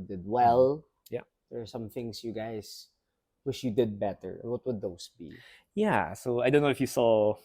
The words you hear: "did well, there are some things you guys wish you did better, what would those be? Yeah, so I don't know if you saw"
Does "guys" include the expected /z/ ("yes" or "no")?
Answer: no